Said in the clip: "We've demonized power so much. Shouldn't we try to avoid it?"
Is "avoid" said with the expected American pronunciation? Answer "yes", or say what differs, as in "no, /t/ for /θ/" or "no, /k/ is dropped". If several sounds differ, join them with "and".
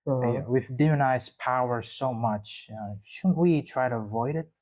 yes